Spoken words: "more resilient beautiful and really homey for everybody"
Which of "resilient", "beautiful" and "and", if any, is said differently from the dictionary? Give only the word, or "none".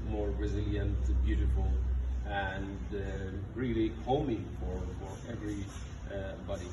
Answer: none